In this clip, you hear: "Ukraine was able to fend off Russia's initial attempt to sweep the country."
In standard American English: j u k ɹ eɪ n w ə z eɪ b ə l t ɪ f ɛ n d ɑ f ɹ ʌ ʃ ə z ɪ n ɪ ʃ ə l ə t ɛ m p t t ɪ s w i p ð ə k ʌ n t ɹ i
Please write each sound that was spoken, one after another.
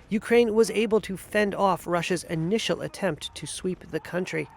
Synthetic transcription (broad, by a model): j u k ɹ eɪ n w ə z eɪ b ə l t ɪ f ɛ n d ɑ f ɹ ʌ ʃ ə z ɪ n ɪ ʃ l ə t ɛ m p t t ɪ s w i p ð ə k ʌ n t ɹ i